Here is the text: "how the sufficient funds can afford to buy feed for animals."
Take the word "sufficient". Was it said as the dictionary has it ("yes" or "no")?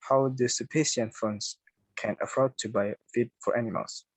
no